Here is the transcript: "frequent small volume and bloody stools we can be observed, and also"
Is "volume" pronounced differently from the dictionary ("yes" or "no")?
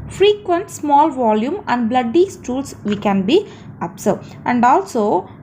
no